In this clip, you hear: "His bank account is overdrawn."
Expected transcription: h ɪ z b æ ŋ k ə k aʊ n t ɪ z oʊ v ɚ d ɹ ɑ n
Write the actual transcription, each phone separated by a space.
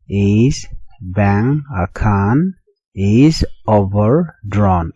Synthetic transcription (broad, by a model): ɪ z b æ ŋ ə k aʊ n ɪ z oʊ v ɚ d ɹ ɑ n